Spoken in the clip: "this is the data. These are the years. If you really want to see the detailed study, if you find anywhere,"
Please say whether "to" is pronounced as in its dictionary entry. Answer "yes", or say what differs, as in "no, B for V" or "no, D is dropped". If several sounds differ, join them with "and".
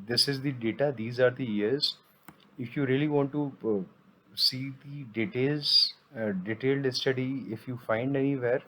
no, S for T